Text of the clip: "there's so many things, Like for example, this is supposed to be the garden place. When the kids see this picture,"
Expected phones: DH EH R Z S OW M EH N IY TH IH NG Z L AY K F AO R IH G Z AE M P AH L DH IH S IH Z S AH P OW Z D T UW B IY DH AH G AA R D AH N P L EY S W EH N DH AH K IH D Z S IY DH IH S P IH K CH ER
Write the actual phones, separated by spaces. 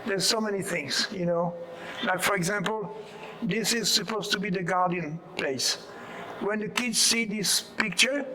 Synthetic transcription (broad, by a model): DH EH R S OW M EH N IY TH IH NG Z L AY K F AO R IH G Z AE M P AH L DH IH S IH Z S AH P OW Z T UW B IY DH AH G AA R D AH N P L EY S W EH N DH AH K IH D Z S IY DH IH S P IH K CH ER